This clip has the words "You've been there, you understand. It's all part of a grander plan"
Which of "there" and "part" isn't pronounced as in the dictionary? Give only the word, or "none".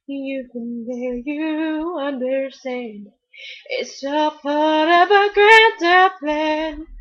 there